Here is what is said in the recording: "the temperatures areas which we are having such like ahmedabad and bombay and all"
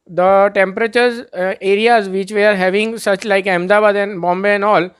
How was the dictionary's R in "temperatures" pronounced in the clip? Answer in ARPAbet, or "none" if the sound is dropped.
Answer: R